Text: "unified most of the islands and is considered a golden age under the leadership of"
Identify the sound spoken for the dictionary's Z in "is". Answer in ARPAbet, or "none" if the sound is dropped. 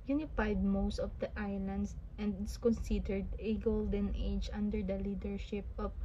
S